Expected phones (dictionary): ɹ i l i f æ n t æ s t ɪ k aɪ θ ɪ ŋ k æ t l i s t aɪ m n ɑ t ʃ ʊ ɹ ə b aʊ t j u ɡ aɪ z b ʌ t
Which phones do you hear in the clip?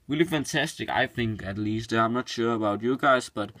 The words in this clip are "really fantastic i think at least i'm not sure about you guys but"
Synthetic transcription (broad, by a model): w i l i f æ n t æ s t ɪ k aɪ θ ɪ ŋ k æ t l i s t aɪ m n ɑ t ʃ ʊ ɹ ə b aʊ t j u ɡ aɪ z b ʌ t